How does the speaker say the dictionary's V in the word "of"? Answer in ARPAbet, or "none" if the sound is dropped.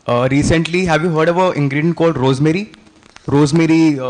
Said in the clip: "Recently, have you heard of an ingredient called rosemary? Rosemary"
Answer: V